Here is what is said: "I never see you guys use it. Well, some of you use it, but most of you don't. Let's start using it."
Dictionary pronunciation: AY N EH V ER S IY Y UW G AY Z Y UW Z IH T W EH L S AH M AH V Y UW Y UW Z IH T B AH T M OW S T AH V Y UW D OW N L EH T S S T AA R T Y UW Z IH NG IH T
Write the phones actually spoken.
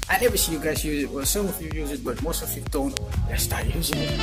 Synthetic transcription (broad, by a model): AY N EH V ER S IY Y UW G AY Z Y UW Z IH T W EH L S AH M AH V Y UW Y UW Z IH T B AH T M OW S T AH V Y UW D OW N W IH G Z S T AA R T Y UW Z IH NG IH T